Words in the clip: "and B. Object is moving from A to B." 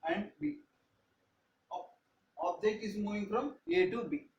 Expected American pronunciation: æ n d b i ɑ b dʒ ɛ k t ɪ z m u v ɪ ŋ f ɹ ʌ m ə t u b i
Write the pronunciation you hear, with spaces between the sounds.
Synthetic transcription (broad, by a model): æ n d b i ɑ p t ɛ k ɪ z m u v ɪ ŋ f ɹ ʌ m ə t u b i